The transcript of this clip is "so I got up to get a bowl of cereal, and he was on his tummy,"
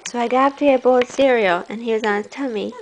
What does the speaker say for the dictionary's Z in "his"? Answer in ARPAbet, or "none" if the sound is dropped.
S